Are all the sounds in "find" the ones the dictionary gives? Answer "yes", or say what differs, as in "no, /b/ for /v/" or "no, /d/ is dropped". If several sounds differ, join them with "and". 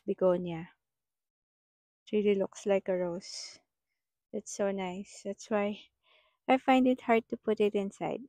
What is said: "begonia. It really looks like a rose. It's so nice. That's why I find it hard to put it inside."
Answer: yes